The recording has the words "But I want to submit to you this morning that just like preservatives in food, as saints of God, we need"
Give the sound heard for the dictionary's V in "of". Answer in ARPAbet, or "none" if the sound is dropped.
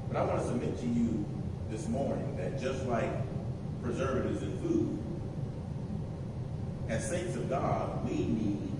V